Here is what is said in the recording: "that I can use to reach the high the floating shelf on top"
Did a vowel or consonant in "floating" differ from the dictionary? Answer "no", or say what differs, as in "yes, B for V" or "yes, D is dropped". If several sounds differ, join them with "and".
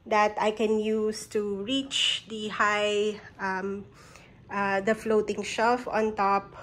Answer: no